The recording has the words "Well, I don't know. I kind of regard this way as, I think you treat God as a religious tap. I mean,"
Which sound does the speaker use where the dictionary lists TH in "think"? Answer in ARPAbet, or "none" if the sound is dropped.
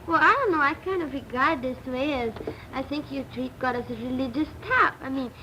TH